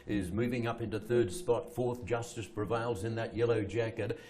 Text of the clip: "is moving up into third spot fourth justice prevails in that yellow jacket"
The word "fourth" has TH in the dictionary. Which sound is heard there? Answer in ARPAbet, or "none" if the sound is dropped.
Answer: TH